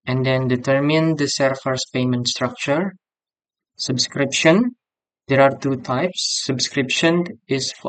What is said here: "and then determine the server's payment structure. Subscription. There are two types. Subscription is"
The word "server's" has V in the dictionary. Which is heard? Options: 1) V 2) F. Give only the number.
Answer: 2